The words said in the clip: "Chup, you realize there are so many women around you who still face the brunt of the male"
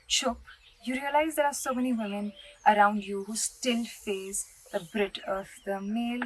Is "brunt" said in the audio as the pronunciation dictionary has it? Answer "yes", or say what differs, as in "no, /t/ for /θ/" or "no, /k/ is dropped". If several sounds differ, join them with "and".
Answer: no, /n/ is dropped